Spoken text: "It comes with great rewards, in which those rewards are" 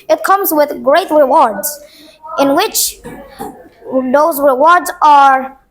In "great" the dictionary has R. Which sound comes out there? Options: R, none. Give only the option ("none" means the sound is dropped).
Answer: R